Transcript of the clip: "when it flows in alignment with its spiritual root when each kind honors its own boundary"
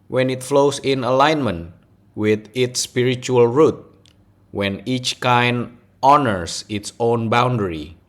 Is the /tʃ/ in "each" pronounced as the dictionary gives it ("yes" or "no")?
yes